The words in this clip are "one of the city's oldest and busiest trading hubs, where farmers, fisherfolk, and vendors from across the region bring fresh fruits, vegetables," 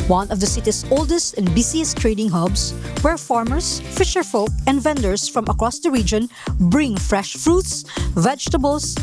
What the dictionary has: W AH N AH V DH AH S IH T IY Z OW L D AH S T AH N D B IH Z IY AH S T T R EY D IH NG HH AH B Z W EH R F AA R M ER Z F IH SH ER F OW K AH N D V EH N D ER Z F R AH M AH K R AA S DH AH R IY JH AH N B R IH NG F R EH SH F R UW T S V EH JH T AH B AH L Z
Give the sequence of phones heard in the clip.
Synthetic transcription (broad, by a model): W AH N AH V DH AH S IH T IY S OW L D AH S T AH N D B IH S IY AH S T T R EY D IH NG HH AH B S W EH R F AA R M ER S F IH SH ER F OW K AH N D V EH N D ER S F R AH M AH K R AA S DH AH R IY JH AH N B R IH NG F R EH SH F R UW T S V EH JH T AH B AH L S